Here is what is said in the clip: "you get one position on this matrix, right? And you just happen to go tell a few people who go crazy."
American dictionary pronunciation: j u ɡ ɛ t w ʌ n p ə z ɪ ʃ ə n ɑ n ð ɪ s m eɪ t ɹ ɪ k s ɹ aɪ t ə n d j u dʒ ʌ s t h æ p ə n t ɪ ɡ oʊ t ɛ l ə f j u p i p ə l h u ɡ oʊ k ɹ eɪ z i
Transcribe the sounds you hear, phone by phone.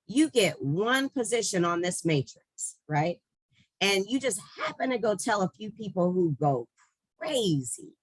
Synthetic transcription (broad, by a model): j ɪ ɡ ɛ t w ʌ n p ə z ɪ ʃ ə n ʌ n ð ɪ s m eɪ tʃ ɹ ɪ k s ɹ aɪ t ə n j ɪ dʒ ʌ s t h æ p ə n t ɪ ɡ oʊ t ɛ l ə f j u p i p l h u ɡ oʊ k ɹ eɪ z i